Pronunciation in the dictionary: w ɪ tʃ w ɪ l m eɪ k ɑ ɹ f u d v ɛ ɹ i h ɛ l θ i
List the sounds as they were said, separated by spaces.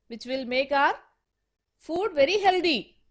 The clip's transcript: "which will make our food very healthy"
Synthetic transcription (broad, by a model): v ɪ tʃ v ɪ l m eɪ k ɑ ɹ f u d v ɛ ɹ i h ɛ l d i